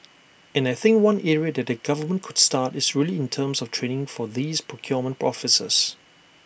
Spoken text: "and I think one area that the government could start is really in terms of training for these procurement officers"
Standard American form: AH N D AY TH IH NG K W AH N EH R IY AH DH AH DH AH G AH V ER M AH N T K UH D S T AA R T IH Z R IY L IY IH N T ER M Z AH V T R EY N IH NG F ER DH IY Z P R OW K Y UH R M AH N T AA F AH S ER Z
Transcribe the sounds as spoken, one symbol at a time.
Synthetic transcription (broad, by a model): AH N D AY TH IH NG K W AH N EH R IY AH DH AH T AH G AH V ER M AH N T K UH D S T AA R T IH S R IY L IY IH N T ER M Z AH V T R EY N IH NG F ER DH IY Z P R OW K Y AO M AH N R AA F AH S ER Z